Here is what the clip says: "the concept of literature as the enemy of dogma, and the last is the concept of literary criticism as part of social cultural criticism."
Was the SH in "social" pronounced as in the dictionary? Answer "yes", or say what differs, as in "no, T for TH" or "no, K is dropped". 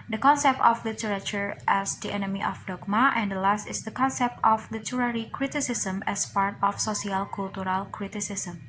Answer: no, S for SH